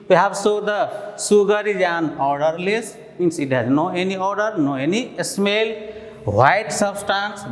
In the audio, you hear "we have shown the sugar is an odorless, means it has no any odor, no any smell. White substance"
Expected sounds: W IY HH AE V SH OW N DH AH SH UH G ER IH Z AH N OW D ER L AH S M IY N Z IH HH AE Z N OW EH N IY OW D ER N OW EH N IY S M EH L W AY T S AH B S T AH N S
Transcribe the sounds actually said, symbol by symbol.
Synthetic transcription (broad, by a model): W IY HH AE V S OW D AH S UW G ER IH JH AH N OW D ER L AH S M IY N S IH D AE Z N OW EH N IY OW D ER N OW EH N IY S M EH L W AY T S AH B S T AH N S